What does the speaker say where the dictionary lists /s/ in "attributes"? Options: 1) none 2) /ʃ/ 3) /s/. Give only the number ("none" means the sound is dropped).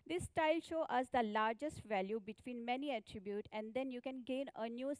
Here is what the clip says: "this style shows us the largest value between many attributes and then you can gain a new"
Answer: 1